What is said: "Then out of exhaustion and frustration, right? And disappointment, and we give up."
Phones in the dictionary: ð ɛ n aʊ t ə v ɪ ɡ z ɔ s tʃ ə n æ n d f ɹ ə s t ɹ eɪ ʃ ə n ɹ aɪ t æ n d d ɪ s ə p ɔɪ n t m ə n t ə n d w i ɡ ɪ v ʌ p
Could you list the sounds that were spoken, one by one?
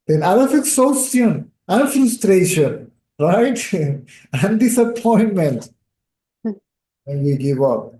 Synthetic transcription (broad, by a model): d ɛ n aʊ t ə f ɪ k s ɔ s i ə n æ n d f ɹ ə s t ɹ eɪ ʃ ə n ɹ aɪ t æ n d d ɪ s ə p ɔɪ n t m ə n t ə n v i ɡ ɪ v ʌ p